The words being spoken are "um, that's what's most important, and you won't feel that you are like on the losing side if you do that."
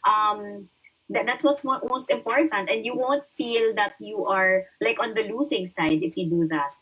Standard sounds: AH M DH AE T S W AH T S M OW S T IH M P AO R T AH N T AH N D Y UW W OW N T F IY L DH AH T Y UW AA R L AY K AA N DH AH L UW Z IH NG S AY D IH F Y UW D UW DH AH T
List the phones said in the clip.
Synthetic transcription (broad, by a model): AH M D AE T S W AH T S M OW S T IH M P AO R T AH N T AH N D Y UW W OW N T F IY L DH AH T Y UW AA R L AY K AA N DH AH L UW S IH NG S AY D IH F Y UW D UW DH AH T